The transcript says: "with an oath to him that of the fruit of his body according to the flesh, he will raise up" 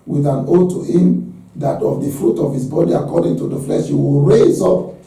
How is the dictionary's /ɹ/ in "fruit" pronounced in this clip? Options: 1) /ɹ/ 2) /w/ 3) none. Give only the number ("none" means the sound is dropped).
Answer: 1